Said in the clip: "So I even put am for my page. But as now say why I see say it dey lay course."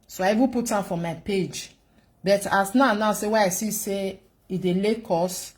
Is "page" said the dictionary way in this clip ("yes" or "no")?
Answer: yes